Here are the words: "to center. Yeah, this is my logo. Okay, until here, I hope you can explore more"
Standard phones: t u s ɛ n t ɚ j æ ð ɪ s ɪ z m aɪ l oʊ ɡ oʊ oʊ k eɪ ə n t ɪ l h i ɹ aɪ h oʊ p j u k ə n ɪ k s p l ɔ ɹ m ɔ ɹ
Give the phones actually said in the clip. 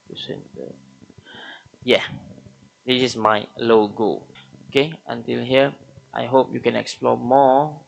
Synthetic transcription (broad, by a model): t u s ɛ n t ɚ j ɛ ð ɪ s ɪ s m aɪ l oʊ ɡ oʊ oʊ k eɪ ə n t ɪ l h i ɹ aɪ h oʊ p j u k ə n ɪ k s p l ɔ m ɔ